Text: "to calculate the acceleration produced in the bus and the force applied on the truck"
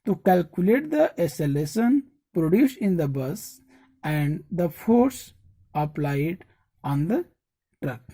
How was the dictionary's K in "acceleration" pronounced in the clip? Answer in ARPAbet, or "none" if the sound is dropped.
none